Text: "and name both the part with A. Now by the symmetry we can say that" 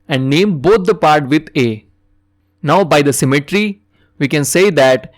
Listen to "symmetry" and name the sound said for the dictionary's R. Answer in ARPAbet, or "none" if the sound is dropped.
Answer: R